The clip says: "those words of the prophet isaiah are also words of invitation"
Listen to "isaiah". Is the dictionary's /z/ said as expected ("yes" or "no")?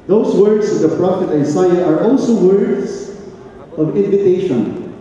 no